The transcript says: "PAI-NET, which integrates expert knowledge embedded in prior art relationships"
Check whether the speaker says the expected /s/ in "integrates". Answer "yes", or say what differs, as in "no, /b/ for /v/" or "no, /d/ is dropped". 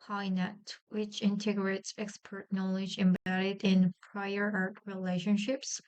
yes